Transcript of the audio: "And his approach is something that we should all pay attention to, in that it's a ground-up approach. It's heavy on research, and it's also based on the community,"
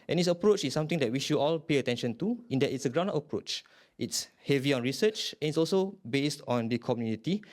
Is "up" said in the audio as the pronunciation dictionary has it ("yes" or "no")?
no